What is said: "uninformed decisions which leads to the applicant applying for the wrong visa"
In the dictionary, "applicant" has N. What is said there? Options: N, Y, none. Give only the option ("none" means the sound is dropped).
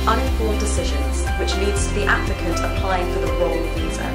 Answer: none